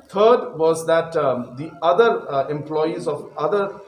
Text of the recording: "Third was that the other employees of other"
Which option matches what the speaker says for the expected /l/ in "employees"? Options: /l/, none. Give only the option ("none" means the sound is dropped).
/l/